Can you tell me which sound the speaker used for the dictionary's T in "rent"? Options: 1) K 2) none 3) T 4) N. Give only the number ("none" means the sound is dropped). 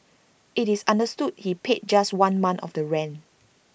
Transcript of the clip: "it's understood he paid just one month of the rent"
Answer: 2